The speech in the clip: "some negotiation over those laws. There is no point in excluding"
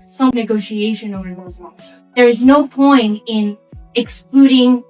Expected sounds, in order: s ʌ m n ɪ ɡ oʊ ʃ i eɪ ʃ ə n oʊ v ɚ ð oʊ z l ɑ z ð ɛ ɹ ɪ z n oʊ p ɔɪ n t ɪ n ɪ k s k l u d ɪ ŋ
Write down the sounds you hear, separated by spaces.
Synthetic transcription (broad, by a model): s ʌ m n ɪ ɡ oʊ ʃ i eɪ ʃ ə n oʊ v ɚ ð oʊ z w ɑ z ð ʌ ɹ ɪ z n oʊ p ɔɪ n t ɪ n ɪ k s k l u d ɪ ŋ